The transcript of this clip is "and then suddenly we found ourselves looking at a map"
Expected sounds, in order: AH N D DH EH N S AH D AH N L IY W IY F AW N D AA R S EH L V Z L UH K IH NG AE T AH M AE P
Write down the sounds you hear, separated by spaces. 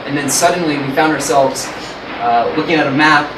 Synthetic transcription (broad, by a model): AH N DH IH N S AH D N L IY W IY F AW N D AA R S EH L V Z L UH K IH NG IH T AH M AE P